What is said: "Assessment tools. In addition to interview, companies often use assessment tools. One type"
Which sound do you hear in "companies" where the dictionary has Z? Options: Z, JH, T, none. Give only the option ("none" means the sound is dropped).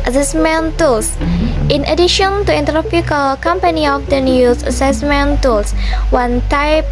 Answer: none